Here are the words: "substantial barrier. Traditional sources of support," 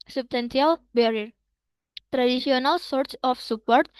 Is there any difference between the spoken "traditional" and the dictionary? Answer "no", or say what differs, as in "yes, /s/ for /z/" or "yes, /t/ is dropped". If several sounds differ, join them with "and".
yes, /s/ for /ʃ/